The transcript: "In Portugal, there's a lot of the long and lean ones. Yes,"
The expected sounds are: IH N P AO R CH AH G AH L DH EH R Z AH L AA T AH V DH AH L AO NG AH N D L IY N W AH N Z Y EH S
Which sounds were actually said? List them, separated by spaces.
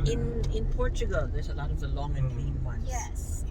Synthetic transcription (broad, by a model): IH N P AO R CH AH G AH L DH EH R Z AH L AA T AH V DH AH L AO NG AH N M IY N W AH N Y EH S